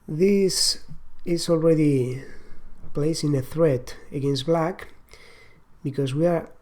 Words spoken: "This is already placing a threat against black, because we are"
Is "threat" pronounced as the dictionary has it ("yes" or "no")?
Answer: yes